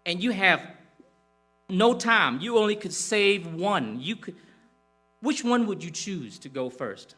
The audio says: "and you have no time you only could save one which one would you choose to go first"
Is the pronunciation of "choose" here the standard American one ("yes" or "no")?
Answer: yes